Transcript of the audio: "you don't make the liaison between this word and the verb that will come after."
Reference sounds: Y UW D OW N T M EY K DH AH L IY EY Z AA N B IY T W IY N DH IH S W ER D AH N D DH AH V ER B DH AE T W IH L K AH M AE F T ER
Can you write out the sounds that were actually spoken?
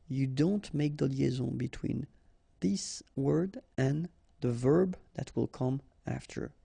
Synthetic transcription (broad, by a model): Y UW D OW N T M EY K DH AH L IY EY Z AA B IY T W IY N DH IH S W ER D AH N DH AH V ER B DH AE T W IH L K AH M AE F T ER